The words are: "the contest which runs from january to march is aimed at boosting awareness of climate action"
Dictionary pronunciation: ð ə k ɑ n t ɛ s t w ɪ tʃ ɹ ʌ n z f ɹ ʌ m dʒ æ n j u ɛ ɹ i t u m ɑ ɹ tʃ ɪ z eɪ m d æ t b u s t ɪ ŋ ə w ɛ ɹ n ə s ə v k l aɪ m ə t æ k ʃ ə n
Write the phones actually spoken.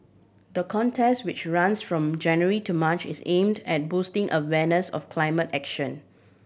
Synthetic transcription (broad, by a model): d ə k ɑ n t ɛ s t w ɪ tʃ ɹ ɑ n s f ɹ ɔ m dʒ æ n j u ɹ i t u m ɑ tʃ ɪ s eɪ m d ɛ t b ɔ s t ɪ ŋ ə w ɛ n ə s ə f k l aɪ m ə t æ k ʃ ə n